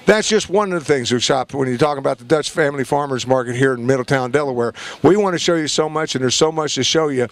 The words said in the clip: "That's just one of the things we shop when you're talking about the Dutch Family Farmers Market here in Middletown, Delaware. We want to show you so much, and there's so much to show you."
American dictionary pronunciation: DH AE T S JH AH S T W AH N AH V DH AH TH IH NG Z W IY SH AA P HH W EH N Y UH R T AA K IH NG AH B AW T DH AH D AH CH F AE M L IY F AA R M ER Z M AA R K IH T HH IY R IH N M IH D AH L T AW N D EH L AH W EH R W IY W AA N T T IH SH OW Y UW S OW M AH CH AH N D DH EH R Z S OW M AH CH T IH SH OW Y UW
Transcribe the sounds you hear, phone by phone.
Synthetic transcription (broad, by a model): DH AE T S JH AH S T W AH N AH V DH AH TH IH NG Z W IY SH AA P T W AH N Y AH R T AA K IH NG AH B AW T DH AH D AH CH F AE M L IY F AA R M ER Z M AA R K IH T HH IY R IH N M IH D L T AW N D EH L AH W EH R W IY W AA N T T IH SH OW Y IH S OW M AH CH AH N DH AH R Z S OW M AH CH T IH SH OW Y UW